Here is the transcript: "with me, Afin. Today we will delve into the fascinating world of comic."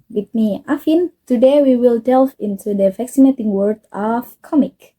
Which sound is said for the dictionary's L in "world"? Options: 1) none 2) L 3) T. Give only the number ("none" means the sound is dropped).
1